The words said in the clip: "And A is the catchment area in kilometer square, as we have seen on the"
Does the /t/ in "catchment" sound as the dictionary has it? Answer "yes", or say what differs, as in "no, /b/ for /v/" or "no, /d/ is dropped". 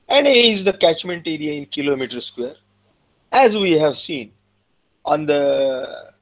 yes